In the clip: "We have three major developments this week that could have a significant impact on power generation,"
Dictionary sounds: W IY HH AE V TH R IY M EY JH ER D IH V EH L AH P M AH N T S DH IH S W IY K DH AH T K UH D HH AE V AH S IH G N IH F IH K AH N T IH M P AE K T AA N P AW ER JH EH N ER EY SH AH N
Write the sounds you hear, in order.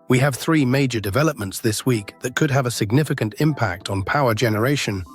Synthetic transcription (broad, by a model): W IY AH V TH R IY M EY JH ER D IH V EH L AH P M AH N T S DH IH S W IY K DH AH T K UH D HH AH V AH S IH G N IH F IH K AH N T IH M P AE K T N P AW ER JH EH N ER EY SH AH N